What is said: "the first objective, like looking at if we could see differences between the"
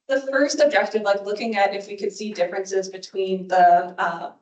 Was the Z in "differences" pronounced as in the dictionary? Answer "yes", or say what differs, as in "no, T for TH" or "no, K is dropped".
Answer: yes